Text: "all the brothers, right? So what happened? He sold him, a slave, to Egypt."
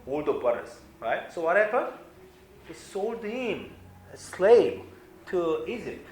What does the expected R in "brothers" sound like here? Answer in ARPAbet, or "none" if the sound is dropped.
none